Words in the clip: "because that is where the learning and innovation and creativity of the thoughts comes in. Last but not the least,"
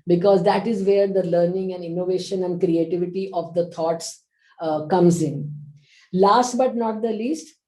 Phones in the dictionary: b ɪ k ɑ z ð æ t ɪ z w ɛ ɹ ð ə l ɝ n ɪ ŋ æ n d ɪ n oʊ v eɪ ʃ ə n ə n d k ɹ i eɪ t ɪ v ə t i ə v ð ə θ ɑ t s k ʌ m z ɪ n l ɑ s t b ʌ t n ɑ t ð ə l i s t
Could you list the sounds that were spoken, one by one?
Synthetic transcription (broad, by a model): b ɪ k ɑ z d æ t ɪ z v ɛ ɹ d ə l ɝ n ɪ ŋ æ n d ɪ n oʊ v eɪ ʃ ə n ə n d k ɹ i eɪ t ɪ v ə t i ə v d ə t ɑ t s k ʌ m z ɪ n l ɑ s t b ʌ t n ɑ t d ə l i s t